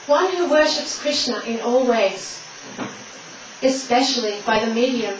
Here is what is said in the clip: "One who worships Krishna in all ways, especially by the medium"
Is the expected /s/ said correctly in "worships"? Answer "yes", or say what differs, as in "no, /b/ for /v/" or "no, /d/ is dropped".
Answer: yes